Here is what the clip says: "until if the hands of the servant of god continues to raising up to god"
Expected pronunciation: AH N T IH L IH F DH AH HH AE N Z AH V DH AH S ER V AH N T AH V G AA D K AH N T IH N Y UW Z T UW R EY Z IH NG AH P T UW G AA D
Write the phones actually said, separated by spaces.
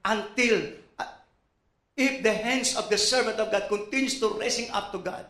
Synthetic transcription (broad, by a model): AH N T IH L IH F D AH HH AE N S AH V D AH S ER V AH N T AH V G AA D K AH N T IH N Y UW S T UW R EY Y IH NG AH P T UW G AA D